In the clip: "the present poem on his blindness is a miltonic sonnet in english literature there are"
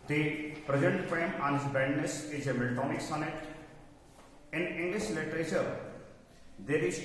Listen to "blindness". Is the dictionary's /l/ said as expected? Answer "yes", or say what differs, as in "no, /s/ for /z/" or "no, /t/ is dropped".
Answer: no, /l/ is dropped